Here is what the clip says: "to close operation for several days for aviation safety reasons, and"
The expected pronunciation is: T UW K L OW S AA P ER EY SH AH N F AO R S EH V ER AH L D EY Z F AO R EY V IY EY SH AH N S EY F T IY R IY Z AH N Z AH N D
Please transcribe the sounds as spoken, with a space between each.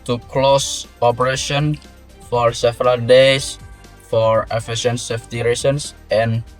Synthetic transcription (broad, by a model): T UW K L OW S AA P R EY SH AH N F AO R S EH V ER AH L D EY S F AO R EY F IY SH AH N S EY F T IY R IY S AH N S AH N